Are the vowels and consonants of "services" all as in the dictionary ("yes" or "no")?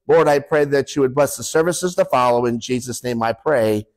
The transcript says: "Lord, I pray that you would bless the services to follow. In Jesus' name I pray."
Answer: yes